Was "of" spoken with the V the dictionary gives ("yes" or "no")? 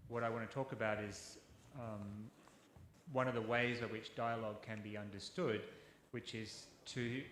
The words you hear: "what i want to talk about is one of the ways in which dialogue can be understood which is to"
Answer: yes